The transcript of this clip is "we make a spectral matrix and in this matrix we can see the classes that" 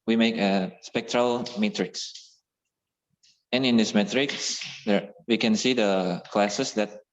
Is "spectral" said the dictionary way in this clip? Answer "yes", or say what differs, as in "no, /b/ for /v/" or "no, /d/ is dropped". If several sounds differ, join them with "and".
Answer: yes